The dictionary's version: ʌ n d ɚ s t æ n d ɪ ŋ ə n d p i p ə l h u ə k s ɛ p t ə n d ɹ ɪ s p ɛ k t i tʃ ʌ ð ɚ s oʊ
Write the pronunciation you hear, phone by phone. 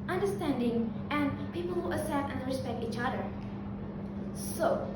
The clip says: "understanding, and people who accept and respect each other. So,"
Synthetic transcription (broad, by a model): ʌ n d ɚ s t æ n d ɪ ŋ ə n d p i p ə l h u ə s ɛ t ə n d ɹ ɪ s p ɛ k t i tʃ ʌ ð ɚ s oʊ